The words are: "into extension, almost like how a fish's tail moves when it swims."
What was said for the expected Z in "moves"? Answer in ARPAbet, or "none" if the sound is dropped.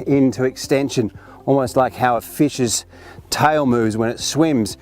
Z